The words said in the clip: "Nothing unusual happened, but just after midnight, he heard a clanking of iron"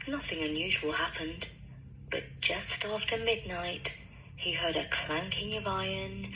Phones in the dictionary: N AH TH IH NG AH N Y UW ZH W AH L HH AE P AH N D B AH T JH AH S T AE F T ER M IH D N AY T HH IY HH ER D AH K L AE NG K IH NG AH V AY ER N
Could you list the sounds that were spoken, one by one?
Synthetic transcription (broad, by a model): N AH TH IH NG AH N Y UW ZH W AH L HH AE P AH N D B AH T JH AH S T AE F T ER M IH D N AY T HH IY HH ER D AH K L AE NG K IH NG AH V AY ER N